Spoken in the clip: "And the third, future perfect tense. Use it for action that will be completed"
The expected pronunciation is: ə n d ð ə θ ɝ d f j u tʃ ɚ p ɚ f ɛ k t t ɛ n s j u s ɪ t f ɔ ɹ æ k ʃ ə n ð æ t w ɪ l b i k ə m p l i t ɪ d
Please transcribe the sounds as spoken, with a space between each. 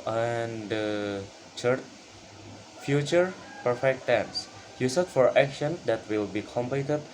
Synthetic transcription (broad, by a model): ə n d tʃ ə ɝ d f j u tʃ ɚ p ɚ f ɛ k t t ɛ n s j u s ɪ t f ɔ ɹ æ k ʃ ə n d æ t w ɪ l b i k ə m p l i t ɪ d